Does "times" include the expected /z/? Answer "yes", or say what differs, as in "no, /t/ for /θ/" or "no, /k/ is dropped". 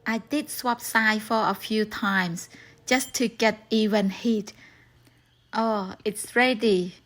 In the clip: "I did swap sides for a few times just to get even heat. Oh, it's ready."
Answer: no, /s/ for /z/